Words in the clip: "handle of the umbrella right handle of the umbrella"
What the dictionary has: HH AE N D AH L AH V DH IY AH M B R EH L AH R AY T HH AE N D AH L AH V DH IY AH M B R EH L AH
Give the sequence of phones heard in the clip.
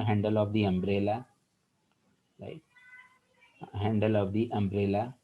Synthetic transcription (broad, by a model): HH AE N D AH L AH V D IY AH M B R EH L AH L AY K HH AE N D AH L AH V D IY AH M B R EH L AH